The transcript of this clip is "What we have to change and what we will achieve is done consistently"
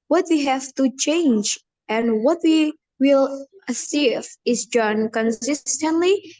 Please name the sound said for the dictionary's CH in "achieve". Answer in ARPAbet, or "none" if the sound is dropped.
S